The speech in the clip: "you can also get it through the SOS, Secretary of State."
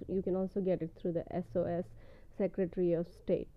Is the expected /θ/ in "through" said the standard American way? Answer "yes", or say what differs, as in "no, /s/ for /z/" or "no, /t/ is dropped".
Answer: no, /t/ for /θ/